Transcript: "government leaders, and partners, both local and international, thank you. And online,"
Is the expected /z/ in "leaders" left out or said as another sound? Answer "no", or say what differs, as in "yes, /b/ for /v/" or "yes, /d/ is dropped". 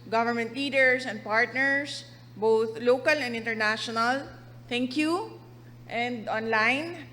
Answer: yes, /s/ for /z/